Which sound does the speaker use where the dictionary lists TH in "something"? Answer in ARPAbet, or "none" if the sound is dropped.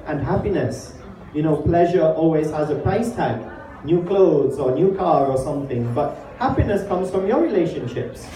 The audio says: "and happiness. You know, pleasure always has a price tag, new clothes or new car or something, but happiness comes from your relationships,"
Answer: TH